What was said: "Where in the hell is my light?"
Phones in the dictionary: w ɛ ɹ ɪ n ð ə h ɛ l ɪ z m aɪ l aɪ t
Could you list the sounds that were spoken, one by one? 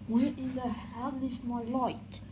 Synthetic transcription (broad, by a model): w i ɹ ɪ n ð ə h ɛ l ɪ s m aɪ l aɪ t